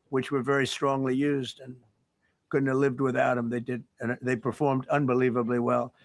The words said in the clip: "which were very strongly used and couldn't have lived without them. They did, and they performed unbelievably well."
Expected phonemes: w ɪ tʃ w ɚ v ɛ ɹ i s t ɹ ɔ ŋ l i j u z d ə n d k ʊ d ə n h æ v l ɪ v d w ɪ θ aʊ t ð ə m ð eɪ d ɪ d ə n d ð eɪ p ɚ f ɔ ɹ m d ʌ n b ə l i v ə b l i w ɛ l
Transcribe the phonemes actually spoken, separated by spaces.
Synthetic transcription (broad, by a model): w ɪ tʃ w ɚ v ɛ ɹ i s t ɹ ɔ ŋ l i j u z d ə n k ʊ d n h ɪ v l ɪ v d w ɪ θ aʊ t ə m ð eɪ d ɪ d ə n ð eɪ p ɚ f ɔ ɹ m d ʌ n b ə l i v ə b l i w ɛ l